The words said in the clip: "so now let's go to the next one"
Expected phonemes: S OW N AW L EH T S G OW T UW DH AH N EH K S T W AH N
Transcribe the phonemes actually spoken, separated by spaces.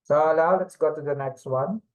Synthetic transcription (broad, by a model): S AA L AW L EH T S G OW T UW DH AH N EH K S T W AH N